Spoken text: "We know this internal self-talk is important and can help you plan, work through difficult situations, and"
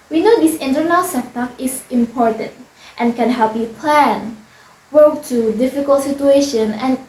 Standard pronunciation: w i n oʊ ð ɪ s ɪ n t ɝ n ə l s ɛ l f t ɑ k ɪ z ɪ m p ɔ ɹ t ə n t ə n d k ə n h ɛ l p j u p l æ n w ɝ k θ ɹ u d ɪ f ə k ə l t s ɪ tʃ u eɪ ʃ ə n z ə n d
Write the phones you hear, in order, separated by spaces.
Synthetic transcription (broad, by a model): w i n oʊ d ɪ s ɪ n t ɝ n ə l s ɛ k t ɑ ɪ s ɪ m p ɔ ɹ t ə n t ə n k ə n h ɛ l p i p l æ n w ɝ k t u d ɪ f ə k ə l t s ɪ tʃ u eɪ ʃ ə n ə n